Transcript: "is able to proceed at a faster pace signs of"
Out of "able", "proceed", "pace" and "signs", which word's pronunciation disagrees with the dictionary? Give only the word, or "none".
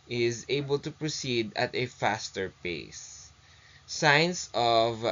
signs